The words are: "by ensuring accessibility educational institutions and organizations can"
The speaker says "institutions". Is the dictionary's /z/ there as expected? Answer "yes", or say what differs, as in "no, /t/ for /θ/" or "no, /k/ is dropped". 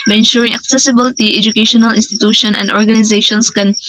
no, /z/ is dropped